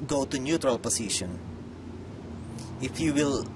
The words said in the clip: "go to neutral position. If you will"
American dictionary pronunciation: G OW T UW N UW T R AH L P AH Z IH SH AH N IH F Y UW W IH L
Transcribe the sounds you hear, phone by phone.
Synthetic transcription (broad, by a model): G OW T UW N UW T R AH L P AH S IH SH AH N IH F Y UW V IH L